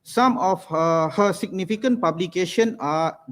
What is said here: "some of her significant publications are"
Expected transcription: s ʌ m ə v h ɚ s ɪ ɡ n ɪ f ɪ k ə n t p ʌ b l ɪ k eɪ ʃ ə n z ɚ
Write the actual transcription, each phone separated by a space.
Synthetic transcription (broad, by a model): s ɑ m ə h h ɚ s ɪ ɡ n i f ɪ k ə n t p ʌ b l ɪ k eɪ ʃ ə n ɑ